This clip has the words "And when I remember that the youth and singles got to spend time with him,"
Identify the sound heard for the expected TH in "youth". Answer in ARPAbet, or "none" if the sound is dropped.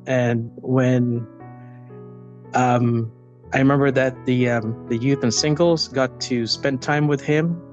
TH